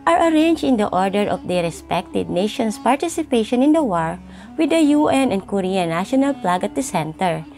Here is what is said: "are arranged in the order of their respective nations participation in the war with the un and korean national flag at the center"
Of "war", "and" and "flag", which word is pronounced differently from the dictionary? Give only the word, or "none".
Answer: flag